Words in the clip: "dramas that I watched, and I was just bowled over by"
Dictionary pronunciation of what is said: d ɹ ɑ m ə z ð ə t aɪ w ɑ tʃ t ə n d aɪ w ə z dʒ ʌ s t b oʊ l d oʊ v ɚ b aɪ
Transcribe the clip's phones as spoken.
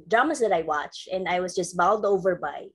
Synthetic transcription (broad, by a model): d ɹ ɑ m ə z ð ə t aɪ w ɑ tʃ t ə n aɪ w ə z dʒ ʌ s t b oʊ l d oʊ v ɚ b aɪ